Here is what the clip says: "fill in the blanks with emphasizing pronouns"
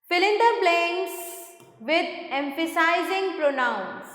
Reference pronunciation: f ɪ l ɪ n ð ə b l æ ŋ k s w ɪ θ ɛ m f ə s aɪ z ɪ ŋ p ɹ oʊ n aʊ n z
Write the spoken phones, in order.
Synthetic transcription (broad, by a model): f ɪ l ɪ n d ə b l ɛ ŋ s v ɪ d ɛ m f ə s aɪ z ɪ ŋ p ɹ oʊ n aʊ n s